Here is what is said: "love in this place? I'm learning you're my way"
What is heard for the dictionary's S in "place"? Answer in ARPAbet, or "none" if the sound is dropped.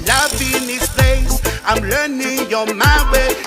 none